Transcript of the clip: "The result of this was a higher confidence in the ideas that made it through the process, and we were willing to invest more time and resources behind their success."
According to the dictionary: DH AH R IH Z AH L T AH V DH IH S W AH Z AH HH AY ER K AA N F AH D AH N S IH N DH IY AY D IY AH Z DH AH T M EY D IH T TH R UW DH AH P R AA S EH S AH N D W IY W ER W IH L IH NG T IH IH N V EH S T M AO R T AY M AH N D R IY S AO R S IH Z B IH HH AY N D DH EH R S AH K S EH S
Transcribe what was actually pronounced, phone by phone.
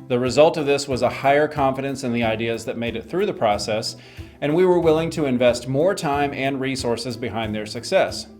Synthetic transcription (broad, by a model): DH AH R IH Z AH L T AH V DH IH S W AH Z AH HH AY ER K AA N F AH D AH N S IH N DH IY AY D IY AH Z DH AH T M EY D IH T TH R UW DH AH P R AA S EH S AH N W IY W ER W IH L IH NG T IH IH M V EH S T M AO R T AY M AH N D R IY S AO R S IH Z B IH HH AY N DH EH R S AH K S EH S